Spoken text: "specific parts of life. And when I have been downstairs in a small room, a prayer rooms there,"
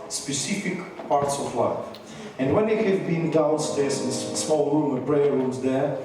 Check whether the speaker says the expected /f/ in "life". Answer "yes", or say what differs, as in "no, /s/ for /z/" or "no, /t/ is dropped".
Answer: yes